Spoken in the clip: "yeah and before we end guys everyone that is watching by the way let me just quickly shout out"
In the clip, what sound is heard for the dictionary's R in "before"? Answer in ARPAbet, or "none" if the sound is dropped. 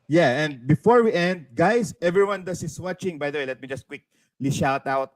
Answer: R